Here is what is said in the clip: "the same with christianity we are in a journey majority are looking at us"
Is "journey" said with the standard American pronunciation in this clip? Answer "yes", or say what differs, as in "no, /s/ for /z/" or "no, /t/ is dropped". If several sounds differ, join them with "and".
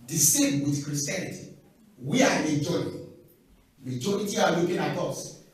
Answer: no, /n/ is dropped